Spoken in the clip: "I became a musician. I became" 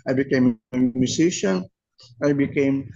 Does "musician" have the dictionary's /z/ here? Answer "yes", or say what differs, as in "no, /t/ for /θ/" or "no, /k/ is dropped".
no, /s/ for /z/